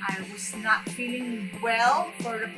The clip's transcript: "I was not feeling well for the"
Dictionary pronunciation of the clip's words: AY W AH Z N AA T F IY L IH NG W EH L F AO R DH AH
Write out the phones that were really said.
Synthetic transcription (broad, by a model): AY W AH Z N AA T F IY L IH NG W EH L F AO R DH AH